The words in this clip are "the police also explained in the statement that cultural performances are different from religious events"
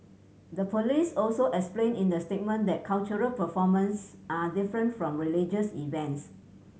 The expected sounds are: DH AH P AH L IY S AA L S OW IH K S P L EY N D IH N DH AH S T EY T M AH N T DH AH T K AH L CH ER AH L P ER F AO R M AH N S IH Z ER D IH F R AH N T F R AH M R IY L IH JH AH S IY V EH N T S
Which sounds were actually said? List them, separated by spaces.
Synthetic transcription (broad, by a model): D AH P AH L IY S AA L S OW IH K S P L EY N IH N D AH S T EY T M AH N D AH T K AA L CH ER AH L P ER F AO M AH N S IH D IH F R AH N T F R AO M R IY L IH JH AH S IY V EH N T S